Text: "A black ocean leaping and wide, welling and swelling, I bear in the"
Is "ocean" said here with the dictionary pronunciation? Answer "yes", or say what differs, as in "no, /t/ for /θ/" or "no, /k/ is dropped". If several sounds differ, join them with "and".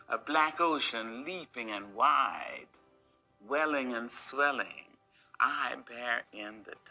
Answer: yes